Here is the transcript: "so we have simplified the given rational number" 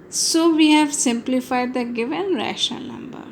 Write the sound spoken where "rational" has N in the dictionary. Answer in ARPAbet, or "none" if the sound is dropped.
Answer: none